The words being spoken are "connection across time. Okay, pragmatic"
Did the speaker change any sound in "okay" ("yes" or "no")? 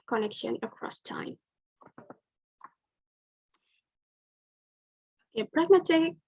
yes